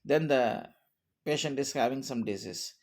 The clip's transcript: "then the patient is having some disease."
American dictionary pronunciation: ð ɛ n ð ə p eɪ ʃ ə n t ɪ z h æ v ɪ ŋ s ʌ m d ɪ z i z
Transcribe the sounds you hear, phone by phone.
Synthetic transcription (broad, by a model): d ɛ n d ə p eɪ ʃ ə n t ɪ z h æ v ɪ ŋ s ʌ m d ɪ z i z